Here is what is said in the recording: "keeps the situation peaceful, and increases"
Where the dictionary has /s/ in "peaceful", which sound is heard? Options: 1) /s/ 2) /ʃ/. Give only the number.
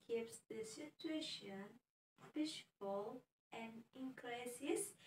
2